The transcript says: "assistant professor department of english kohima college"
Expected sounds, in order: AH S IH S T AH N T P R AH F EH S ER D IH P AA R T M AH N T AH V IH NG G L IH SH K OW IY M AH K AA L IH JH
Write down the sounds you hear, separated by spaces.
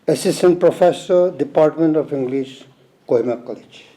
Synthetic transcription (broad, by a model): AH S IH S T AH N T P R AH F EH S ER D IH P AA R T M AH N T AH P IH NG G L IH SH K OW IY M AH K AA L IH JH